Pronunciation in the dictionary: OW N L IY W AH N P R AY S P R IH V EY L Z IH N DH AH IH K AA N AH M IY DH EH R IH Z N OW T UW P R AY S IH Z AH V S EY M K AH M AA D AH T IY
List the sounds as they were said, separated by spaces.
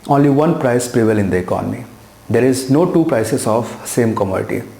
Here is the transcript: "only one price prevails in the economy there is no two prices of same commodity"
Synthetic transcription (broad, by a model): OW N L IY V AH N P R AY S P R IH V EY L IH N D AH IH K AA N AH M IY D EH R IH Z N OW T UW P R AY S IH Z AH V S EY M K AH M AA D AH T IY